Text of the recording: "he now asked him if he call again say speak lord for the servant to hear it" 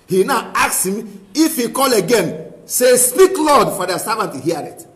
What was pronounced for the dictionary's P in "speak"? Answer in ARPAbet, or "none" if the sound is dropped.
P